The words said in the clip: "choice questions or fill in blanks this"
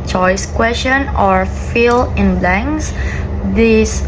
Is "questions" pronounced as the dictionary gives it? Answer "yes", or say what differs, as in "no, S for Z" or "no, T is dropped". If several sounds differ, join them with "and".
no, Z is dropped